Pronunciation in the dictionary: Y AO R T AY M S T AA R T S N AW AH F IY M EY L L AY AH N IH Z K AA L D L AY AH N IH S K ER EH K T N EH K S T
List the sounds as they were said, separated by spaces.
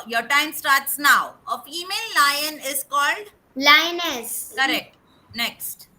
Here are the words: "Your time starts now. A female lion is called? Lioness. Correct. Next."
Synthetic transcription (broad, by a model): Y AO R T AY M S T AA R T S N AW AH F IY M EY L L AY AH N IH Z K AA L D L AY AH N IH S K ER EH K T N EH K S T